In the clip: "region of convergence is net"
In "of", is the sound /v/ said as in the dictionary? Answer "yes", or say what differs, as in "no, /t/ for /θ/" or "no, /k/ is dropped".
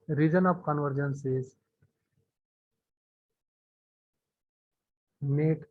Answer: no, /p/ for /v/